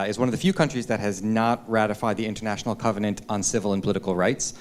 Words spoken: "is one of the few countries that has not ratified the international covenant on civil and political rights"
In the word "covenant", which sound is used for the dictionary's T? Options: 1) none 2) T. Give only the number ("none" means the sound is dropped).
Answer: 2